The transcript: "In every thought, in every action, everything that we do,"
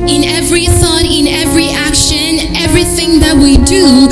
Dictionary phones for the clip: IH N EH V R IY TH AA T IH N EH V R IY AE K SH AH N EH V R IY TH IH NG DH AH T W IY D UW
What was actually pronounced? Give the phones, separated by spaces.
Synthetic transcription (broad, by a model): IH N EH V R IY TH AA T IH N EH V R IY AE K SH AH N EH V R IY TH IH NG DH AH T W IY D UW